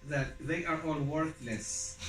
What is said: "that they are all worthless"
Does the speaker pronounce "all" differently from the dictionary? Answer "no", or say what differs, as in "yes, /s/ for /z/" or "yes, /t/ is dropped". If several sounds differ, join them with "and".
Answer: no